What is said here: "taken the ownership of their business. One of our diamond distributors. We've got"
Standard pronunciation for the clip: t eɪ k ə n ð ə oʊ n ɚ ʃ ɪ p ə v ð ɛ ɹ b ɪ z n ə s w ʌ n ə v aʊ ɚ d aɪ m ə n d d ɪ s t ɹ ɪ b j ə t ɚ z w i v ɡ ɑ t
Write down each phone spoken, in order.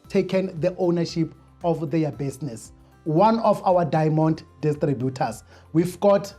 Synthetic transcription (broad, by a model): t eɪ k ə n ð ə oʊ n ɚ ʃ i p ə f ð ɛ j b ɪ s n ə s w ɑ n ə f aʊ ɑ d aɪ m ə n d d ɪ s t ɹ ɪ b j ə t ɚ s w i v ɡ ɑ t